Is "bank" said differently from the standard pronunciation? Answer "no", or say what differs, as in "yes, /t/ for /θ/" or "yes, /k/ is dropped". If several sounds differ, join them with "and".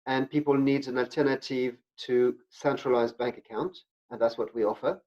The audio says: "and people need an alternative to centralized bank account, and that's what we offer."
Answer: no